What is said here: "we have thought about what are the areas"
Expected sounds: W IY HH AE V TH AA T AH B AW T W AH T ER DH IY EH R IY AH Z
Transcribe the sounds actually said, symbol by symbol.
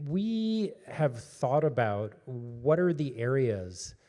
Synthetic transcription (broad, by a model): W IY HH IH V TH AA T AH B AW T W AH T ER DH IY EH R IY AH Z